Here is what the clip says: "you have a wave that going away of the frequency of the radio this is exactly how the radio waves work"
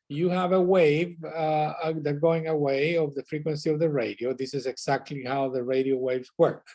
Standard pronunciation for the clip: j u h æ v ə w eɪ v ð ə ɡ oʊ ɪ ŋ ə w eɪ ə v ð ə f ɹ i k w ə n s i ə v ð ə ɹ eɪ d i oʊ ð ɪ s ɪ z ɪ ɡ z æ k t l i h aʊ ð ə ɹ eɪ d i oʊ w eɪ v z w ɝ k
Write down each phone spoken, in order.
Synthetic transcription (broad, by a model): j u h æ v ə w eɪ v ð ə ɡ oʊ ɪ ŋ ə w eɪ ə v ð ə f ɹ i k w ə n s i ə v ð ə ɹ eɪ d i oʊ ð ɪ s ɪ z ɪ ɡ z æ k t l i h aʊ ð ə ɹ eɪ d i oʊ w eɪ v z w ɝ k